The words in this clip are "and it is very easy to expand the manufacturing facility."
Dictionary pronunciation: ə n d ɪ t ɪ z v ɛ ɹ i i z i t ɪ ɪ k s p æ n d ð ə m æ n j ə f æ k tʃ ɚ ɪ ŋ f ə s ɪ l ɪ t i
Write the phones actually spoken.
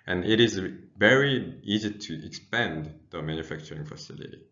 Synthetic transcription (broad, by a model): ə n ɪ t ɪ z v ɛ ɹ i i z i t ɪ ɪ k s p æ n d ð ə m æ n j ə f æ k tʃ ɚ ɪ ŋ f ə s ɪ l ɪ t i